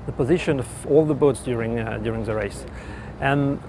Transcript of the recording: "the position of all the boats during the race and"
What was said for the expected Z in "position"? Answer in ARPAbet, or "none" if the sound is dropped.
Z